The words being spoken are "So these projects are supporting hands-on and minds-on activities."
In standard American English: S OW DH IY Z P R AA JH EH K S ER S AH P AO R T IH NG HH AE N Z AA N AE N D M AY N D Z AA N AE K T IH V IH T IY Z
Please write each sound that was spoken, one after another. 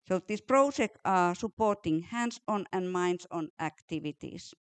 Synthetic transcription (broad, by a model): S OW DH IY S P R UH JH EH K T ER S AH P AO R T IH NG HH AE N S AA N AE N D M AY N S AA N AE K T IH V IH T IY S